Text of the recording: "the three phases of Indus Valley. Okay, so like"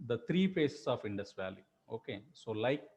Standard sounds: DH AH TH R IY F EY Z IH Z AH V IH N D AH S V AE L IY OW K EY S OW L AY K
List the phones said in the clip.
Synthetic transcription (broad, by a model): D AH T R IY P EY S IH S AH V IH N D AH S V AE L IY OW K EY S OW L AY K